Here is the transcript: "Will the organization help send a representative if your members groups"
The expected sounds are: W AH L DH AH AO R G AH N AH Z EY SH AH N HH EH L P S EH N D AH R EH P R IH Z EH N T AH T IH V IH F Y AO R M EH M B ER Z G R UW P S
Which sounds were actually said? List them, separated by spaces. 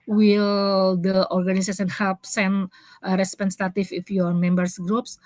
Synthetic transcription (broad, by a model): W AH L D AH AO R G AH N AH S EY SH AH N HH EH L P S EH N AH R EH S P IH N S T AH T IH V IH F Y AO R M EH M B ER S G R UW P S